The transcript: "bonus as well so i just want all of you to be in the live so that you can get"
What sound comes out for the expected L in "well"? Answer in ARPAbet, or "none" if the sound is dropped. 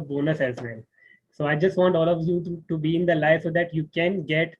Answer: N